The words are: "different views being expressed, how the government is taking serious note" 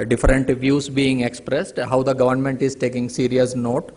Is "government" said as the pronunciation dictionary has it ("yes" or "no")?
yes